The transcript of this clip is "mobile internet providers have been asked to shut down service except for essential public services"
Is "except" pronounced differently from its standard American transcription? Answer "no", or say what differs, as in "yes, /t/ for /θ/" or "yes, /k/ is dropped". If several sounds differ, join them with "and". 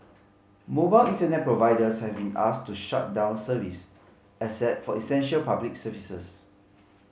yes, /k/ is dropped and /p/ is dropped